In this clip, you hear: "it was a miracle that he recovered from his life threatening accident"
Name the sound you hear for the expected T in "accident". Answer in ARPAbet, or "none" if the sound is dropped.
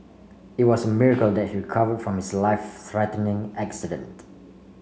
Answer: T